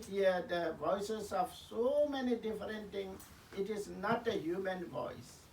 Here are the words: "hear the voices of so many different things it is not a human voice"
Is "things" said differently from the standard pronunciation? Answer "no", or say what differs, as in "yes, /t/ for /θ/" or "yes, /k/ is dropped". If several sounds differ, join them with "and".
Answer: yes, /t/ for /θ/